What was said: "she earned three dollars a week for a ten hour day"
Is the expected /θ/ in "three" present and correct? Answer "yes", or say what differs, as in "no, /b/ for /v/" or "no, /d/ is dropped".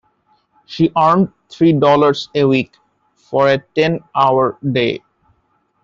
no, /t/ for /θ/